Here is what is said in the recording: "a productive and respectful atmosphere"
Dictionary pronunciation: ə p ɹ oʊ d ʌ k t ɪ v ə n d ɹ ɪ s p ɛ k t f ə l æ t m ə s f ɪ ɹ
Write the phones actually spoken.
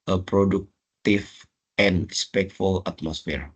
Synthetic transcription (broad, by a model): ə p ɹ oʊ d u k t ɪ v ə n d ɹ ɪ s p ɛ k t f ə l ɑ t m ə s f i ɹ